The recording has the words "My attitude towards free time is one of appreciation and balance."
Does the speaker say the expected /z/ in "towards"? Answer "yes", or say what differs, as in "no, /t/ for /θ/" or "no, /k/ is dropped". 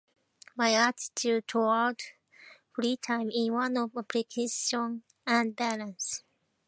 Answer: no, /z/ is dropped